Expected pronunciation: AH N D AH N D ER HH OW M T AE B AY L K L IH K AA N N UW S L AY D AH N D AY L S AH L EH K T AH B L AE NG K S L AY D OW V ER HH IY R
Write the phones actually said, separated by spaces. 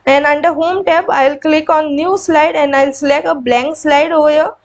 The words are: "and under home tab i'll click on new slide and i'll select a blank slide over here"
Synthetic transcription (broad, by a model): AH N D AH N D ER HH OW M T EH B AY L K L IH K AA N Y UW S L AY D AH N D AY L S L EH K AH B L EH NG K S L AY D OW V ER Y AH